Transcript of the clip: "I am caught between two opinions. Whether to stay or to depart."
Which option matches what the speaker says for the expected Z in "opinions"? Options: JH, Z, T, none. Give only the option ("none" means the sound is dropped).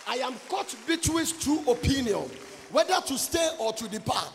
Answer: none